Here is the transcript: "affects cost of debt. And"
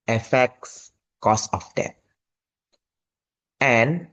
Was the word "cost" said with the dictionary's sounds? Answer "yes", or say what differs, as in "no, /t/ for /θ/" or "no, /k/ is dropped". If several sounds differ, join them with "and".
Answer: no, /t/ is dropped